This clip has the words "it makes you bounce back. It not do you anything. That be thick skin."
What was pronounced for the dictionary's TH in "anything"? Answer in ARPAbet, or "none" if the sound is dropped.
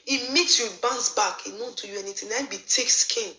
T